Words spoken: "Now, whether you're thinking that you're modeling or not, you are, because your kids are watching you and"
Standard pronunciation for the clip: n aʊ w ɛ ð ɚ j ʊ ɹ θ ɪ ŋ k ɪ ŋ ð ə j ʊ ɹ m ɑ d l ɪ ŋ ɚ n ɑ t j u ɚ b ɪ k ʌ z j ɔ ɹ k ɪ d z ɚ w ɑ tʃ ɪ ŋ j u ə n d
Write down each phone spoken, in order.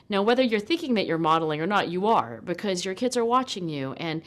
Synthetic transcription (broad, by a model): n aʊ w ɛ ð ɚ j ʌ ɹ θ ɪ ŋ k ɪ ŋ ð ə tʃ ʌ ɹ m ɑ d l ɪ ŋ ɚ n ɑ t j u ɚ b ɪ k ʌ z j ɔ ɹ k ɪ d z ɚ w ɑ tʃ ɪ ŋ j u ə n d